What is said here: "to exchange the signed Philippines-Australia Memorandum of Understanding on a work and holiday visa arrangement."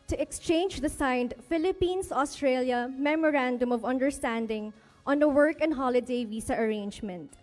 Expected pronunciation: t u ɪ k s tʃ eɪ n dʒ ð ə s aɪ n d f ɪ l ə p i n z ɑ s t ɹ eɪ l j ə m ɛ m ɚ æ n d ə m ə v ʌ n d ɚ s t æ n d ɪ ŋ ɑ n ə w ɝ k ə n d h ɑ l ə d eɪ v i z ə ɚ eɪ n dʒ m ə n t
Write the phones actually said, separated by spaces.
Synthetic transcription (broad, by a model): t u ɪ k s tʃ eɪ n dʒ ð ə s aɪ n d f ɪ l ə p i n s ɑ s t ɹ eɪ l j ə m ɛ m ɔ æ n d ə m ə v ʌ n d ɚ s t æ n d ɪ ŋ ɑ n ə w ɝ k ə n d h ɑ l ə d eɪ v i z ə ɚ eɪ n dʒ m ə n t